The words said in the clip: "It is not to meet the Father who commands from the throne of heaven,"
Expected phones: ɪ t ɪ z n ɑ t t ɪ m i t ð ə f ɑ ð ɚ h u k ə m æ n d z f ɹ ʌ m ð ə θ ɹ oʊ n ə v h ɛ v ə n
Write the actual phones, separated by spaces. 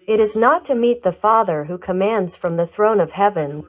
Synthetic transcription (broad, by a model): ɪ t ɪ z n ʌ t t ɪ m i t ð ə f ɑ ð ɚ h u k ə m æ n d z f ɹ ʌ m ð ə θ ɹ oʊ n ə v h ɛ v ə n